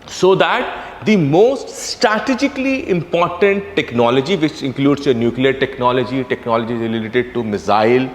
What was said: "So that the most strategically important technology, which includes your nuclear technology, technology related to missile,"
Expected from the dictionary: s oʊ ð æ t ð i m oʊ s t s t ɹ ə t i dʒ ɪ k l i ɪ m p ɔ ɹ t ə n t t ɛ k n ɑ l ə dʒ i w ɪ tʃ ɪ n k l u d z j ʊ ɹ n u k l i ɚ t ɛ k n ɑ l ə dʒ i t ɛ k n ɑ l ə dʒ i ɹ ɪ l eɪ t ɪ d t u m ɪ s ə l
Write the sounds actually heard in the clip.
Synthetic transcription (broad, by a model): s oʊ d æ t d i m oʊ s t s t ɹ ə t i dʒ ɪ k l i ɪ m p ɔ ɹ t ə n t t ɛ k n ɑ l ə dʒ i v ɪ tʃ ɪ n k l u d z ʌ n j u k l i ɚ t ɛ k n ɑ l ə dʒ i t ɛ k n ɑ l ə dʒ i l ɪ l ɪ t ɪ d t u m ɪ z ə l